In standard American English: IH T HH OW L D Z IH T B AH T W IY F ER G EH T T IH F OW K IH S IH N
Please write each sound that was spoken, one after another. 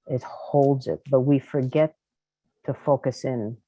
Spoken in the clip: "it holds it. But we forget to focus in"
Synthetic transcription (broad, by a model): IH T HH OW L D Z IH T B AH T W IY F ER G EH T T IH F OW K IH S IH N